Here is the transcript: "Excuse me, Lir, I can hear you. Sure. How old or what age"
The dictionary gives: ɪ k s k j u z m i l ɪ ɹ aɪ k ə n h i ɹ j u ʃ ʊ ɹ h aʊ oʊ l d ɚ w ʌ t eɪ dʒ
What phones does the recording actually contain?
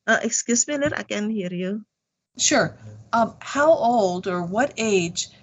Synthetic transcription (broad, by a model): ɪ k s k j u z m i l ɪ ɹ aɪ k ə n h i ɹ j u ʃ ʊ ɹ h aʊ oʊ l d ɚ w ʌ t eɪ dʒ